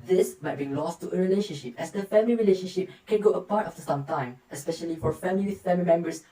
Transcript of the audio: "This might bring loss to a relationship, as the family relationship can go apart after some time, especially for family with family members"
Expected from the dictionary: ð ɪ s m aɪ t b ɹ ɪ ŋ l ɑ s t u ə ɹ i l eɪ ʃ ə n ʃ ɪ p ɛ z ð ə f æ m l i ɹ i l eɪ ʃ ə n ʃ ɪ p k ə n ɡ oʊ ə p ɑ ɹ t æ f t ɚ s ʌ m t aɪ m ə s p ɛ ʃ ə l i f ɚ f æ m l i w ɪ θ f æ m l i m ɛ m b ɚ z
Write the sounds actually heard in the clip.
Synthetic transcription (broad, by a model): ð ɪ s m aɪ t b i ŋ l ɑ s t u ə ɹ i l eɪ ʃ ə n ʃ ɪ p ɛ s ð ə f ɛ m l i ɹ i l eɪ ʃ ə n ʃ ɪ p k ə n ɡ oʊ ə p ɑ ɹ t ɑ f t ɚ s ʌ m t aɪ m ə s p ɛ ʃ ə l i f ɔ f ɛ m l i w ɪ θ f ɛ m l i m ɛ m b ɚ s